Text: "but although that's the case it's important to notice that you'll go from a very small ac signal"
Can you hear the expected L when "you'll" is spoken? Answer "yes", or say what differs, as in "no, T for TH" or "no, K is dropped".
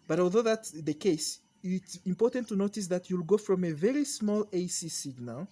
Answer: yes